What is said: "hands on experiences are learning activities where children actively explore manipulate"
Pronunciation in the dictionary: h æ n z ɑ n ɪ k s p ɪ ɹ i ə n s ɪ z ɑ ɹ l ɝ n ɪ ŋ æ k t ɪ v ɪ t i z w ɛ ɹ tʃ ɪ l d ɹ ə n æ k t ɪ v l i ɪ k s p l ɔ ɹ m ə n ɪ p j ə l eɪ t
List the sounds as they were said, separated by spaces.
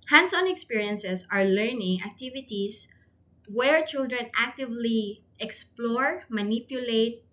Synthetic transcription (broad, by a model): h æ n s ɑ n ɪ k s p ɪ ɹ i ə n s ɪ s ɑ ɹ l ɝ n ɪ ŋ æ k t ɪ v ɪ t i s w ɛ ɹ tʃ ɪ l d ɹ ə n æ k t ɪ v l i ɪ k s p l ɔ ɹ m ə n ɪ p j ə l eɪ t